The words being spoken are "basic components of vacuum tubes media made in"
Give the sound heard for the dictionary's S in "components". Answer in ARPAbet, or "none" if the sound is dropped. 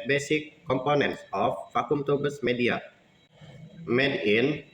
S